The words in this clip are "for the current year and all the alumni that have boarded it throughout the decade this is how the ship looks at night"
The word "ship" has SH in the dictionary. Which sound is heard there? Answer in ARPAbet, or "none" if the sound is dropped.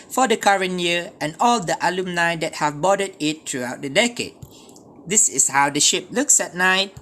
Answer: SH